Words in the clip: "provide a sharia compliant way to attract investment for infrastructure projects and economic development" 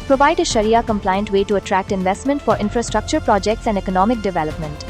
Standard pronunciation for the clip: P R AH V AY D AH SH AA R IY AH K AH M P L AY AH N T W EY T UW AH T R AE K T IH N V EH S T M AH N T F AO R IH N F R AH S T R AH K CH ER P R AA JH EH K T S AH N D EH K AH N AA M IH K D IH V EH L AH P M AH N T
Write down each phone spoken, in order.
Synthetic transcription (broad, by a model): P R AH V AY D AH SH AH R IY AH K AH M P L AY AH N T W EY T UW AH T R AE K T IH N V EH S T M AH N T F AO R IH N F R AH S T R AH K CH ER P R AA JH EH K T S AH N D EH K AH N AA M IH K D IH V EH L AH P M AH N T